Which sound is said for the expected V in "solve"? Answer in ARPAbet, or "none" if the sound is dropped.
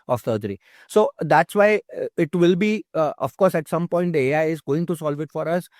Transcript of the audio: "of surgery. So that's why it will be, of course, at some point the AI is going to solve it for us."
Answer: V